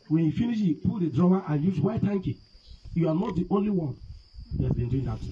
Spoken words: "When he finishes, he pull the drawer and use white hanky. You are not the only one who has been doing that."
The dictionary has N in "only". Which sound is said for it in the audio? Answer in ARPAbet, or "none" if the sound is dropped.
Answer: N